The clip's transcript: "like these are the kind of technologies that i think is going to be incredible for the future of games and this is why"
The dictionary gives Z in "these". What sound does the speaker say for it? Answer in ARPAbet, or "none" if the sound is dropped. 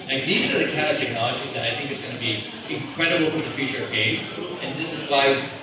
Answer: Z